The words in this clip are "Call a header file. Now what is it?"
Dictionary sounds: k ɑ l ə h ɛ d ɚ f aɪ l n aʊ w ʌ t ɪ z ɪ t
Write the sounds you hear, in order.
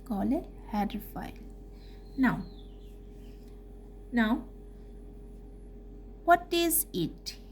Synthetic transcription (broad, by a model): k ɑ l ə h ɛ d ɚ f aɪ n n aʊ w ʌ t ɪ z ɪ t